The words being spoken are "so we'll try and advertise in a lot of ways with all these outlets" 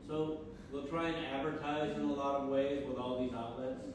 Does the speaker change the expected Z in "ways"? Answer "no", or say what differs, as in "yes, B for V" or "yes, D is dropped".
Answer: no